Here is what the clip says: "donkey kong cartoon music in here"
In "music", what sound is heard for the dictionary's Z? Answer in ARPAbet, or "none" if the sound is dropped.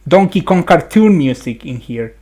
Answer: S